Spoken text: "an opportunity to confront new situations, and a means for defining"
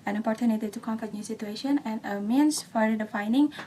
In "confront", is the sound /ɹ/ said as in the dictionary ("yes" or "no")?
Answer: no